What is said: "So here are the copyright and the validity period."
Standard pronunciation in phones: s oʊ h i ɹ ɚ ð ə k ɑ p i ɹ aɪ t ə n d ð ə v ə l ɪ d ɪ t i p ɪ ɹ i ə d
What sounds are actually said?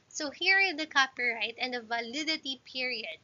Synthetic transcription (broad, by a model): s oʊ h i ɹ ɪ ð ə k ɑ p i ɹ aɪ t ə n d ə v ə l ɪ d ɪ t i p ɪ ɹ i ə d